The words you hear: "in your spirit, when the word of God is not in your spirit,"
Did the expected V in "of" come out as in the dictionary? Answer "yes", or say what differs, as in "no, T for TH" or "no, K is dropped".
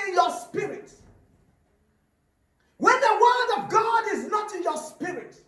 yes